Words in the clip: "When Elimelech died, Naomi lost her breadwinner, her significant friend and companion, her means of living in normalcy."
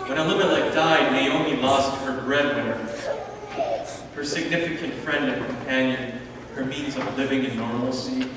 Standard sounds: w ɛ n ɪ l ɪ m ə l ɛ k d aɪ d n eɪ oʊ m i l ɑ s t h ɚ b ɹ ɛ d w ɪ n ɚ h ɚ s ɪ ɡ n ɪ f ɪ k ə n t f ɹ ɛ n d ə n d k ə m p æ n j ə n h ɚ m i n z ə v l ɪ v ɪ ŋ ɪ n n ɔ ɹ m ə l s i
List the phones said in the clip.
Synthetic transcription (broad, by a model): w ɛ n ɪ l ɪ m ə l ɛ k d aɪ d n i oʊ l i l ɑ s t h ɚ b ɹ ɛ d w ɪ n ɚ h ɚ s ɪ ɡ n ɪ f ɪ k ə n t f ɹ ɛ n d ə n k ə m p æ n j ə n h ɚ m i n z ə v l ɪ v ɪ ŋ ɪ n n ɔ ɹ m l s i